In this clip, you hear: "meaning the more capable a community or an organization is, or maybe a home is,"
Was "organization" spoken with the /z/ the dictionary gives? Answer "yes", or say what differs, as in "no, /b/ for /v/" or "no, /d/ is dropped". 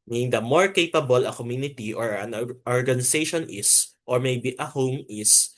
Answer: no, /s/ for /z/